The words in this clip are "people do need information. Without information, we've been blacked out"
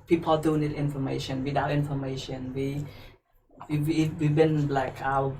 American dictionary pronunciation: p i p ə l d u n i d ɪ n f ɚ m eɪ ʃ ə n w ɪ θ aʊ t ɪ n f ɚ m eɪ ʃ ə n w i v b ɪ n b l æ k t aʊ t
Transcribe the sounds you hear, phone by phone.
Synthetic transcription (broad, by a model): p i p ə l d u n i d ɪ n f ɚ m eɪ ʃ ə n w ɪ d aʊ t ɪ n f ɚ m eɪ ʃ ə n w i w b ɪ n b l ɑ k aʊ